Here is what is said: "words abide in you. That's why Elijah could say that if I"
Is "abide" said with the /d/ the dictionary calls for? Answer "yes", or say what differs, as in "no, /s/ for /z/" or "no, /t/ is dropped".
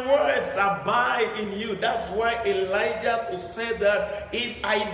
no, /d/ is dropped